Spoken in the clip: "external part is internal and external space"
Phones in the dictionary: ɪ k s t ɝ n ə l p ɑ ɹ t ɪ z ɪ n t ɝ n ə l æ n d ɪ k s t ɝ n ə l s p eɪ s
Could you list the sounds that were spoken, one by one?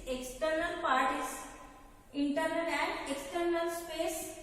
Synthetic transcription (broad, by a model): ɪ k s t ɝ n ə l p ɑ ɹ t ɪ s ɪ n t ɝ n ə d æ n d ɪ k s t ɝ n ə l s p eɪ s